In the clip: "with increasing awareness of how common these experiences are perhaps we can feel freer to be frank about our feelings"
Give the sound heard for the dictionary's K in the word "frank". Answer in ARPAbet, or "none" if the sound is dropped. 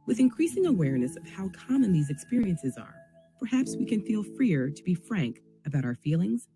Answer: K